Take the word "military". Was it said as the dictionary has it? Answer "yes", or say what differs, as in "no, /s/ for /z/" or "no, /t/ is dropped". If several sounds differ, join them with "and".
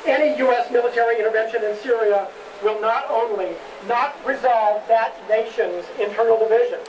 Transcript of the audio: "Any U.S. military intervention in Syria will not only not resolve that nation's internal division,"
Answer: yes